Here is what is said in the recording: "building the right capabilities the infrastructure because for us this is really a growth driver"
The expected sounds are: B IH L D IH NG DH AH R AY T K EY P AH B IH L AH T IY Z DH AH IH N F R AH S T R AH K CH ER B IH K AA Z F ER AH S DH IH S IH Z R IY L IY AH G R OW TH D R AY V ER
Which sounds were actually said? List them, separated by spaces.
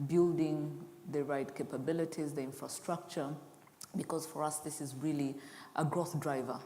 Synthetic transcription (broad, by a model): B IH L D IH NG DH AH R AY T K EY P AH B IH L AH T IY Z DH AH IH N F R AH S T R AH K CH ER B IH K AA Z F ER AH S DH IH S IH Z R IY L IY AH G R OW TH D R AY V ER